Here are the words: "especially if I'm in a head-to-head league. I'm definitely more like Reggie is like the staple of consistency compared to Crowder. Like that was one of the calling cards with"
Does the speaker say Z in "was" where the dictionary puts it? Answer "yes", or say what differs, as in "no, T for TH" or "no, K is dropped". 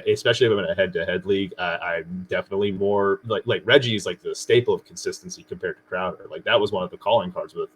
yes